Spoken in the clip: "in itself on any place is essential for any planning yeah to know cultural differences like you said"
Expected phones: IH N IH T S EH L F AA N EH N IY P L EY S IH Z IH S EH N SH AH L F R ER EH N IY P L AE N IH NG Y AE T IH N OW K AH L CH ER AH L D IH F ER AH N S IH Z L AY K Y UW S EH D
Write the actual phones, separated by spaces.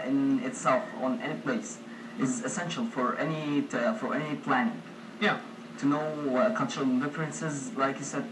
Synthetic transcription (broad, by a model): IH N IH T S EH L F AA N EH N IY P L EY S IH Z IH S EH N SH AH L F R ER EH N IY P L AE N IH NG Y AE T IH N OW K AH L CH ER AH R D IH F ER AH N S IH Z L AY K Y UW S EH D